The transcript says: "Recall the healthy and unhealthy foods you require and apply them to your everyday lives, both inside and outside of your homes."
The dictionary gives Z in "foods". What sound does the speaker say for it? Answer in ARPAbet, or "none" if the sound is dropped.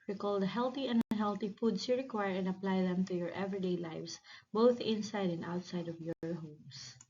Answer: S